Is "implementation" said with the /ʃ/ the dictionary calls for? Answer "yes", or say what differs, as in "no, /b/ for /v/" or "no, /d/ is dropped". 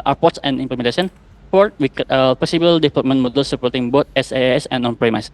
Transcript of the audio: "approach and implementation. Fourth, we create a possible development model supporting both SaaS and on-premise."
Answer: no, /s/ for /ʃ/